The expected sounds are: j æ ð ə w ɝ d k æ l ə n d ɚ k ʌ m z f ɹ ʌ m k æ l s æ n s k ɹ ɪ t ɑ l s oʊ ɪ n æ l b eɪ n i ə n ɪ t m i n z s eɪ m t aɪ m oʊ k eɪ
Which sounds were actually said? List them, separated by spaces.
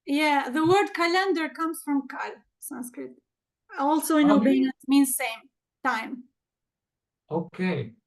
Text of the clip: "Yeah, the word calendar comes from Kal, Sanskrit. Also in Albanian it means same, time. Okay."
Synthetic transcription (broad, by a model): j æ ð ə w ɝ d k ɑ l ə n d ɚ k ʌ m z f ɹ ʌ m k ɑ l s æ n s k ɹ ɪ t ɑ l s oʊ ɪ n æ b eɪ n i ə n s m i n z s eɪ m t aɪ m oʊ k eɪ